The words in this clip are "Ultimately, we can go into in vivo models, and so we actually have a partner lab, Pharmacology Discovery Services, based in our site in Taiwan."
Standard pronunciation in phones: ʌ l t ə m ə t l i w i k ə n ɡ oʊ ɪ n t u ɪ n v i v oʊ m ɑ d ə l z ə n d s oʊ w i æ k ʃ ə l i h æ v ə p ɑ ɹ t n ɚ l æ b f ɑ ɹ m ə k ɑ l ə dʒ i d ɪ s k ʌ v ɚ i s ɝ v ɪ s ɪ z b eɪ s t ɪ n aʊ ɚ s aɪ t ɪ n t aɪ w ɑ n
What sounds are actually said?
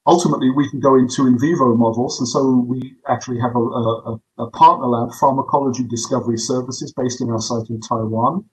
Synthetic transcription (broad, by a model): ʌ l t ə m ə t l i w i k ə n ɡ oʊ ɪ n t u ɪ n v i v oʊ m ɑ d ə l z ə n s oʊ w i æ k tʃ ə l i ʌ v ə p ɑ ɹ t n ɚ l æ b f ɑ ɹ m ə k ɑ l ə dʒ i d ɪ s k ʌ v ɚ i s ɝ v ɪ s ɪ z b eɪ s t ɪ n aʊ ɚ s aɪ t ɪ n t aɪ w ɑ n